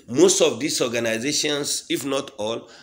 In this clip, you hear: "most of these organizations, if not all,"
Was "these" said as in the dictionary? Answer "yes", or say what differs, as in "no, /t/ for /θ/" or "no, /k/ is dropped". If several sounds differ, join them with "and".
no, /s/ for /z/